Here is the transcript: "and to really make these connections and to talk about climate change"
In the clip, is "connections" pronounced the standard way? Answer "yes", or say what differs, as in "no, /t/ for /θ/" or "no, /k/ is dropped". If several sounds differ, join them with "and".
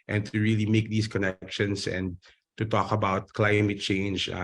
no, /s/ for /z/